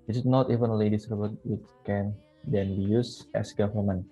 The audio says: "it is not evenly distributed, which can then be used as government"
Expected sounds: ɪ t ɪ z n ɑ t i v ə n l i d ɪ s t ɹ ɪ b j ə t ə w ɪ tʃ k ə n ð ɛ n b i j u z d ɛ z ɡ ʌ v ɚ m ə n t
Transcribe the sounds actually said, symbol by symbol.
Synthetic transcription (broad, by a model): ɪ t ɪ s n ɑ t i v ə n l i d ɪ s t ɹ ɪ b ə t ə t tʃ k ə n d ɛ n b i j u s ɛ s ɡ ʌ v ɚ m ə n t